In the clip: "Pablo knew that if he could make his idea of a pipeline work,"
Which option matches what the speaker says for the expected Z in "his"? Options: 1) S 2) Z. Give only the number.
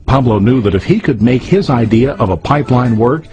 2